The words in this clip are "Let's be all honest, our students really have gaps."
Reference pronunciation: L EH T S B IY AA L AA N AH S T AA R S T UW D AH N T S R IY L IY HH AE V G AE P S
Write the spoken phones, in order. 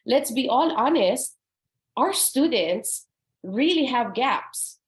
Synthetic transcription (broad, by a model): L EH T S B IY AA L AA N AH S T AA R S T UW D AH N T S R IY L IY HH AE V G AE P S